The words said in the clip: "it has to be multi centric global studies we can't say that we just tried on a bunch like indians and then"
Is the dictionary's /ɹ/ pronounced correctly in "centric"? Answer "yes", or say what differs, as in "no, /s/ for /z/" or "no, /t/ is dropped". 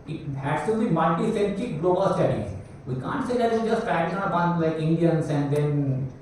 no, /ɹ/ is dropped